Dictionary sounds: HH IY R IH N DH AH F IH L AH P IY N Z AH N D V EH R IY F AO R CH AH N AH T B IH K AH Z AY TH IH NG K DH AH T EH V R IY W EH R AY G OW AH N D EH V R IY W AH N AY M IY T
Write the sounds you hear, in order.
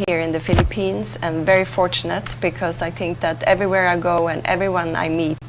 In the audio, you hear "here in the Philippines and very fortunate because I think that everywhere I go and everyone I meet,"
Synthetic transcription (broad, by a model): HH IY R IH N DH AH F IH L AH P IY N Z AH N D V EH R IY F AO R CH AH N AH T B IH K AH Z AY TH IH NG K DH AH T EH V R IY W EH R AY G OW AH N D EH V R IY W AH N AY M IY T